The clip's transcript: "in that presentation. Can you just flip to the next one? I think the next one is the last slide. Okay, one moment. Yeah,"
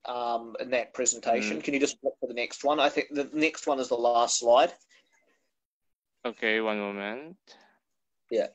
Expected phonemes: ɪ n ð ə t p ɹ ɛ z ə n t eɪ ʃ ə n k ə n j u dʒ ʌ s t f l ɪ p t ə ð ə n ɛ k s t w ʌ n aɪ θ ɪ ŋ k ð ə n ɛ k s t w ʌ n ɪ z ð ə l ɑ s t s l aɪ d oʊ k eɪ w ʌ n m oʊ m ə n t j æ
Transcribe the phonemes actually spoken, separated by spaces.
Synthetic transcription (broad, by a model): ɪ n ð ə t p ɹ ɛ z ə n t eɪ ʃ ə n k ə n j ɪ dʒ ʌ s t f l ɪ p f ə ð ə n ɛ k s t w ʌ n aɪ θ ɪ ŋ k ð ə n ɛ k s t w ʌ n ɪ z ð ə l ɑ s t s l aɪ d oʊ k eɪ w ʌ n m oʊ m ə n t j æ